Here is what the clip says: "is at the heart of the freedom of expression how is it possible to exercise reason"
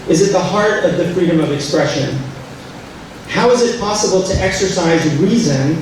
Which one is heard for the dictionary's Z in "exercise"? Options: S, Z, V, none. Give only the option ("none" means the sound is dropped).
Z